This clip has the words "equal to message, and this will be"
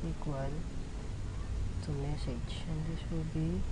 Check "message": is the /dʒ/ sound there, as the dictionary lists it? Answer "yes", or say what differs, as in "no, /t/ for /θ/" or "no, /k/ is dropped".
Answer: no, /ʃ/ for /dʒ/